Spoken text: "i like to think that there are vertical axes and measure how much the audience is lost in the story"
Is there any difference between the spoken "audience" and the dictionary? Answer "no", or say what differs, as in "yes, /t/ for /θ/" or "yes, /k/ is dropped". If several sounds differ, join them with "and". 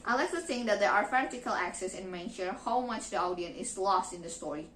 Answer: yes, /s/ is dropped